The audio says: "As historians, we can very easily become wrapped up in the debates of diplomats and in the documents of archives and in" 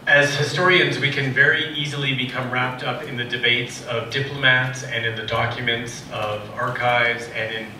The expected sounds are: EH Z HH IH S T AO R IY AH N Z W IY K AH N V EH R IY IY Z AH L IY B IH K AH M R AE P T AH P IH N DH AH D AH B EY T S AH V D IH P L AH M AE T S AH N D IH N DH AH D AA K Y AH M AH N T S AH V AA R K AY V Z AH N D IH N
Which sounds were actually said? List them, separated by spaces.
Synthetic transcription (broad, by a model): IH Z HH IH S T AO R IY AH N Z W IY K AH N V EH R IY IY Z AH L IY B IH K AH M R AE P T AH P IH N DH AH D AH B EY T S AH V D IH P L AH M AE T S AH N IH N DH AH D AA K Y AH M AH N T S AH V AA R K AY V Z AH N IH N